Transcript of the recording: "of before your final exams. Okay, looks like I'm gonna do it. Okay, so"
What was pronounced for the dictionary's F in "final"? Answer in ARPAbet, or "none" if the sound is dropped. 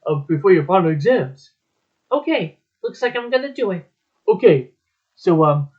P